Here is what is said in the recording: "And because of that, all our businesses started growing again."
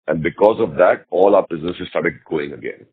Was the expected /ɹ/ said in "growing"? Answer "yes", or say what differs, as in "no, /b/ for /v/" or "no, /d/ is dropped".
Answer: no, /ɹ/ is dropped